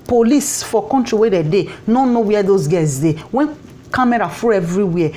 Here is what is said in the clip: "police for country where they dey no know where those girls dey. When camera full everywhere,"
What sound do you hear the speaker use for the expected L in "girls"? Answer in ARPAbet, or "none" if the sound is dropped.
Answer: none